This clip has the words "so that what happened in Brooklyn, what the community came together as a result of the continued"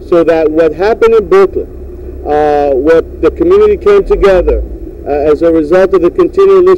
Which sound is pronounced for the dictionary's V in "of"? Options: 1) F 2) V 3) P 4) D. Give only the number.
2